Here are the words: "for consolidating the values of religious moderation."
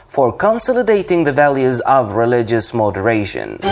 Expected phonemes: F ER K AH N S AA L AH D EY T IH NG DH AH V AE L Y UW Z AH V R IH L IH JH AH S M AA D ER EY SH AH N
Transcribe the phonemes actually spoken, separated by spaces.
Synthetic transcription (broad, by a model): F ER K AH N S AA L AH D EY T IH NG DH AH V AE L Y UW Z AH V R IH L IH JH AH S M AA D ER EY SH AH N